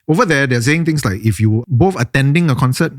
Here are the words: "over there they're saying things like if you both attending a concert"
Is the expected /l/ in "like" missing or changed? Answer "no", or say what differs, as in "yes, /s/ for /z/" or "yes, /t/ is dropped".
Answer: no